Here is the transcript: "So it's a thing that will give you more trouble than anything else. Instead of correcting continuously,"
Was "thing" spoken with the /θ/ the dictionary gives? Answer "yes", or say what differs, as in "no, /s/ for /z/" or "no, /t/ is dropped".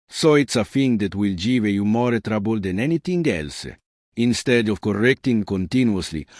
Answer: no, /f/ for /θ/